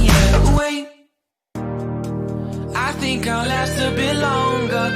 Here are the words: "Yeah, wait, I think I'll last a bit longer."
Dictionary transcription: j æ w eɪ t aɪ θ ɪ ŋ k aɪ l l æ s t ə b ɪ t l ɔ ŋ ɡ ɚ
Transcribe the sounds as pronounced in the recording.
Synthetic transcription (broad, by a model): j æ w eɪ aɪ θ ɪ ŋ k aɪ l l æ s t ə b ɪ l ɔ ŋ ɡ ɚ